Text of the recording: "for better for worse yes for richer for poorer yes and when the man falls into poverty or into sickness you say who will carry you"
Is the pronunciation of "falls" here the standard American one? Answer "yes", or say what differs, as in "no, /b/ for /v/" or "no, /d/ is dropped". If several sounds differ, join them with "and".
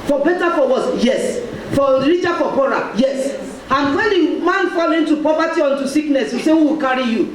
no, /z/ is dropped